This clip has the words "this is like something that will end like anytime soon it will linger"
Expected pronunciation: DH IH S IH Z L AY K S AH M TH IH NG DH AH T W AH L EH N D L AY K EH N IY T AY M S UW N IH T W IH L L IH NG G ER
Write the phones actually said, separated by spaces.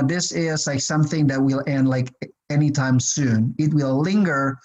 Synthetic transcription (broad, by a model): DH IH S IH Z L AY K S AH M TH IH NG DH AH T W AH L EH N D L AY K EH N IY T AY M S UW N IH T W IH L L IH NG G ER